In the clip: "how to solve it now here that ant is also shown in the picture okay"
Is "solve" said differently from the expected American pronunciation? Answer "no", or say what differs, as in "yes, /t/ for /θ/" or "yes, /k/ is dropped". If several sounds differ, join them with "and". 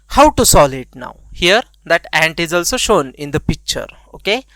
yes, /v/ is dropped